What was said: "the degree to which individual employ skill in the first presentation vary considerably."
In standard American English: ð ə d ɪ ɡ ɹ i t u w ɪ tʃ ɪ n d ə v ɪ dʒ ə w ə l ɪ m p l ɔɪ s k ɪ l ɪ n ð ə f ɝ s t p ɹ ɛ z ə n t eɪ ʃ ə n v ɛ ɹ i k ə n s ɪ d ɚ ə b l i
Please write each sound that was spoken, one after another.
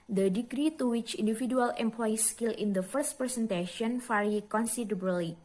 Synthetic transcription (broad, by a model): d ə d ɪ ɡ ɹ i t u w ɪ tʃ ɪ n d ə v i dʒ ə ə l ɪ m p l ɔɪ s k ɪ l ɪ n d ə f ɝ s t p ɹ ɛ s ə n t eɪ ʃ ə n f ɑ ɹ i k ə n s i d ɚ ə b l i